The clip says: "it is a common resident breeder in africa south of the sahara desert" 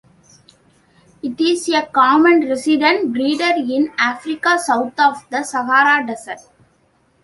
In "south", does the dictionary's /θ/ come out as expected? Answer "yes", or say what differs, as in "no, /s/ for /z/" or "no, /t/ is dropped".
no, /t/ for /θ/